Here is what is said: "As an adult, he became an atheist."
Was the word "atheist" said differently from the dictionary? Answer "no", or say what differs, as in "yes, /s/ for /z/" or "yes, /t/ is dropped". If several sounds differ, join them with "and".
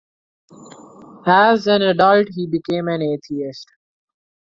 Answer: yes, /t/ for /θ/